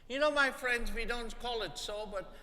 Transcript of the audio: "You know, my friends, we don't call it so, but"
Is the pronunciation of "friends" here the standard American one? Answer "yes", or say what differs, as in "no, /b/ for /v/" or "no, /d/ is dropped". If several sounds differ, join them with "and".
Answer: yes